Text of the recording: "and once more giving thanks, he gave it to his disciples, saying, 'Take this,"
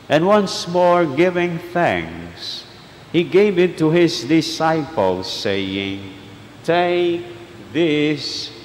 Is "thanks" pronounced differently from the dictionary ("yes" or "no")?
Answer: yes